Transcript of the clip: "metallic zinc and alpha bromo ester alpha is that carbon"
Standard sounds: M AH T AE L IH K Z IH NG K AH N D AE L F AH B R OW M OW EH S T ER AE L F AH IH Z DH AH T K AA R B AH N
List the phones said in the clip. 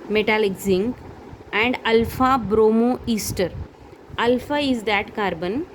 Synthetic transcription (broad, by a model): M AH T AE L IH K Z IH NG AH N D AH L F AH B R OW M OW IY S T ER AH L F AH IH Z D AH T K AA R B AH N